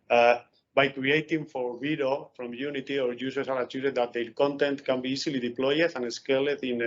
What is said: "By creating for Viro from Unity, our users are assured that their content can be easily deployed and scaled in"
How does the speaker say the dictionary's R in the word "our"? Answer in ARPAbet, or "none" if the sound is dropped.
R